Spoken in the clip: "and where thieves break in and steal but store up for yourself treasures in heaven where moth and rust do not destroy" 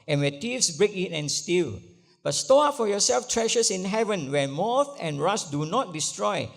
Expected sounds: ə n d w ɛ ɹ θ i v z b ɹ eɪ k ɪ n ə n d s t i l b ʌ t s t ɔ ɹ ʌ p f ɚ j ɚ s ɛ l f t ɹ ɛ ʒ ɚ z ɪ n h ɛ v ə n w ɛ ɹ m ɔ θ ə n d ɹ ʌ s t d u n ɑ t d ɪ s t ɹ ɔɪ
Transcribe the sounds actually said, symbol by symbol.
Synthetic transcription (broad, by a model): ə n w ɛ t i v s b ɹ eɪ k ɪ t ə n s t i l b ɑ t s t ɔ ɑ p f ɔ j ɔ s ɛ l f t ɹ ɛ ʃ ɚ s ɪ n h ɛ v ə n w ɛ m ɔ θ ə n ɹ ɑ s d u n ɑ t d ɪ s t ɹ ɔɪ